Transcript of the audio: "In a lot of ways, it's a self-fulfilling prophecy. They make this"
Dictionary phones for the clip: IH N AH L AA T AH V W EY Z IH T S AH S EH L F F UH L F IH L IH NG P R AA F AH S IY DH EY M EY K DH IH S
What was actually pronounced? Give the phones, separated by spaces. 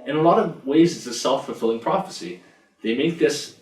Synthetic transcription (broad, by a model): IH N AH L AA T AH V W EY Z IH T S AH S EH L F F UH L F IH L IH NG P R AA F AH S IY DH EY M EY K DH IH S